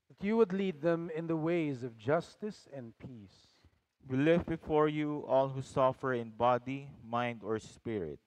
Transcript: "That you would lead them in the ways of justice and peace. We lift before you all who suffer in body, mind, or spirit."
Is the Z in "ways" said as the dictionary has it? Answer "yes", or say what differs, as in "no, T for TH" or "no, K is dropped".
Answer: yes